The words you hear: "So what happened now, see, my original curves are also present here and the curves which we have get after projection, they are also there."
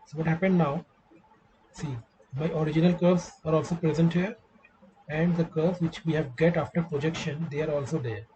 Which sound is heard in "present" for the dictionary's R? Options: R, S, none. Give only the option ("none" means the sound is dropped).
R